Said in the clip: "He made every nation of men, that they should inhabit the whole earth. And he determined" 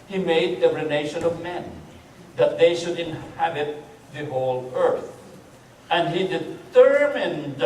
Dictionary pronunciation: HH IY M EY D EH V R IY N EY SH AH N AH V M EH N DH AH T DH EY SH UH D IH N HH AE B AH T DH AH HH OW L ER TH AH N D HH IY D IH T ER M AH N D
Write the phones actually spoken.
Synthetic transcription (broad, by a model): HH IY M EY D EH R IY N EY SH AH N AH V M EH N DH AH T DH EY SH UH D IH N HH AE B AH T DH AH HH OW L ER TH AH N D HH IY D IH T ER M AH N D